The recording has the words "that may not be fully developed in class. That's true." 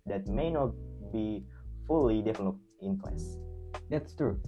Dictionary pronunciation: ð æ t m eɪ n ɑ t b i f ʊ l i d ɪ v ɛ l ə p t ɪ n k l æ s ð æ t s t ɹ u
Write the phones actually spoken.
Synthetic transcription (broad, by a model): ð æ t m eɪ n ɑ t b i f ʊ l i d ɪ f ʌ n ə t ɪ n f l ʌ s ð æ t s t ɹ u